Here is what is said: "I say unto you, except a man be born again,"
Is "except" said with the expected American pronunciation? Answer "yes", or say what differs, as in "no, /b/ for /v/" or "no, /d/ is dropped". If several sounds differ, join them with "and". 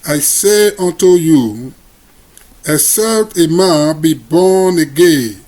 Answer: no, /k/ is dropped